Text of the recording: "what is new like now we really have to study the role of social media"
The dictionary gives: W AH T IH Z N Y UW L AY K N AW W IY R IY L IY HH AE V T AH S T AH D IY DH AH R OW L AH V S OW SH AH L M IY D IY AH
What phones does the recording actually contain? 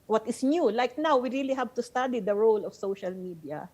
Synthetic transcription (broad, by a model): W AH T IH S N Y UW L AY K N AW W IY R IY L IY HH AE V T AH S T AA D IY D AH R OW L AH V S OW SH AH L M IY D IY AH